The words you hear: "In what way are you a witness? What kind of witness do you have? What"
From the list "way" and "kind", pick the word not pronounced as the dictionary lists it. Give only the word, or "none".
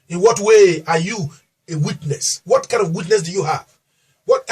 kind